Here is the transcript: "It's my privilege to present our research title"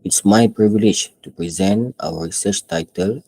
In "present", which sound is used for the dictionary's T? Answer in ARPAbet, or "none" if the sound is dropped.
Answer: T